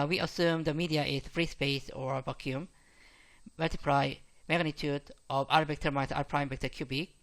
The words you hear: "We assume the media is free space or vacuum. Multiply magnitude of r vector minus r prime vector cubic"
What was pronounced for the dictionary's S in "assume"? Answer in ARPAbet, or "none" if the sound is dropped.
S